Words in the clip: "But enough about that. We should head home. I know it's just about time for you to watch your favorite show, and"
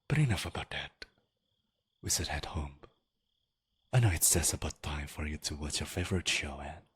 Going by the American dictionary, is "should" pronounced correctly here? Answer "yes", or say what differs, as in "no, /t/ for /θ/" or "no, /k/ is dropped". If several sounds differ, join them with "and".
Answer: no, /s/ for /ʃ/